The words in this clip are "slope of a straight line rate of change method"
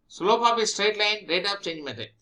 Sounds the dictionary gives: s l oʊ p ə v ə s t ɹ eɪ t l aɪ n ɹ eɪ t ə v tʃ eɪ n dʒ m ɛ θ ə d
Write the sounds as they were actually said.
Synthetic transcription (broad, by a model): s l oʊ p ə p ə s t ɹ eɪ t l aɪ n ɹ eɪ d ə p tʃ eɪ n dʒ m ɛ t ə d